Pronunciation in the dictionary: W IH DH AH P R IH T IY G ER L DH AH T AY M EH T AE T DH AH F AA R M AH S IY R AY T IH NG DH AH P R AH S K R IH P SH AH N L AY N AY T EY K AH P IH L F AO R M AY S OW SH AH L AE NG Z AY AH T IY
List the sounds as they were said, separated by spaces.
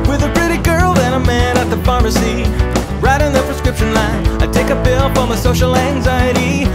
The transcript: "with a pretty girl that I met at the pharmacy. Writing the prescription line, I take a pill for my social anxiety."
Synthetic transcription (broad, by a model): W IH DH AH P R IH T IY G ER L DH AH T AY M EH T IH T DH AH F AA R M AH S IY R AY T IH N DH AH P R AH S K R IH P SH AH N L AY N AY T EY K AH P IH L P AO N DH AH S OW SH L AE NG Z AY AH T IY